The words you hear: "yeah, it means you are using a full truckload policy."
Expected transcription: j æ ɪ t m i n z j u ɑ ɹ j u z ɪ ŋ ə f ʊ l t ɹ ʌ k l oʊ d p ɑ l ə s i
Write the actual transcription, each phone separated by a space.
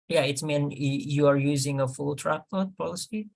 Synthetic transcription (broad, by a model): j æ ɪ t m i n j u ɑ ɹ j u z ɪ ŋ ə f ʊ l t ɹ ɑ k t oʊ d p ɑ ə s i